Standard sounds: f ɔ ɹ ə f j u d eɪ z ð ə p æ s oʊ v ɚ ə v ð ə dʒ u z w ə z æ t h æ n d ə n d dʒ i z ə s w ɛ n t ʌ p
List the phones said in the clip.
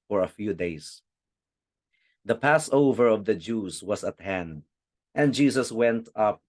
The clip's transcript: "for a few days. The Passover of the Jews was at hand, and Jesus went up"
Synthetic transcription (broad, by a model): f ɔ ɹ ə f j u d eɪ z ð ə p æ s oʊ v ɚ ə v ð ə dʒ u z w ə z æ t h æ n d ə n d dʒ i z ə s w ɛ n t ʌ p